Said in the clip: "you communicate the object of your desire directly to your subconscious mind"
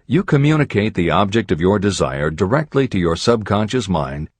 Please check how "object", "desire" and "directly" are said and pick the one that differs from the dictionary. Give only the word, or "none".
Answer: none